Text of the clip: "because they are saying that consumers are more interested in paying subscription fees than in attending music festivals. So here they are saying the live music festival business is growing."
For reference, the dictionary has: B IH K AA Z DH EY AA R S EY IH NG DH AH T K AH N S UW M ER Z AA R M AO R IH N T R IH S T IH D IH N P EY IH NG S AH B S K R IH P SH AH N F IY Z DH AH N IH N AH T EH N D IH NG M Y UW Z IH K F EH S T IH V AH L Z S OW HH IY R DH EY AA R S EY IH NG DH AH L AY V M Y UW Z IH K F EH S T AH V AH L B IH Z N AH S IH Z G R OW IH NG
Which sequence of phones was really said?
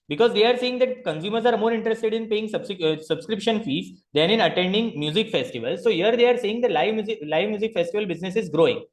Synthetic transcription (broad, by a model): B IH K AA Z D EY AA R S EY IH NG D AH T K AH N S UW M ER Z AA R M AO R IH N T R IH S T IH D IH N P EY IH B S AH B S K R IH P SH AH N F IY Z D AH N IH N AH T EH N D IH NG M Y UW Z IH K F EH S T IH V AH L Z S OW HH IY R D EY AA R S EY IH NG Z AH L AY V M Y UW Z IH K F EH S T AH V AH L B IH Z N AH S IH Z G R OW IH NG